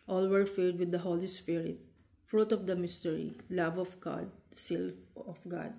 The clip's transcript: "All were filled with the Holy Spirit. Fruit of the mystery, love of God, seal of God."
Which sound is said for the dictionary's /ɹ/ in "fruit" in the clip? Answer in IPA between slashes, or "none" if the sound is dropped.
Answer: /ɹ/